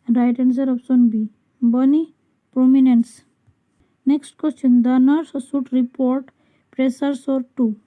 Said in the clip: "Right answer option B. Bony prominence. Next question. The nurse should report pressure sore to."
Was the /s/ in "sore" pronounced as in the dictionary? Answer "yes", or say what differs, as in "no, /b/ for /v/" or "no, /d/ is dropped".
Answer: yes